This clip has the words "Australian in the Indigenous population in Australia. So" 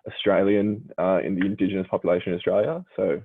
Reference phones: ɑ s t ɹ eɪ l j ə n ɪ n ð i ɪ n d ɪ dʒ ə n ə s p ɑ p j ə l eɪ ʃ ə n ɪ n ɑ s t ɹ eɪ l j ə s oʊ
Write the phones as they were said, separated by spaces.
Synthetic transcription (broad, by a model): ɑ s t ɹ eɪ l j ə n ɪ n ð i ɪ n d ɪ dʒ ə n ə s p ɑ p j ə l eɪ ʃ ə n ɪ n ɑ s t ɹ eɪ l j ə s oʊ